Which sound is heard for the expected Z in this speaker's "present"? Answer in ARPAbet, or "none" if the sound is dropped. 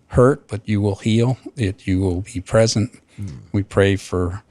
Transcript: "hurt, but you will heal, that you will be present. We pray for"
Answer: Z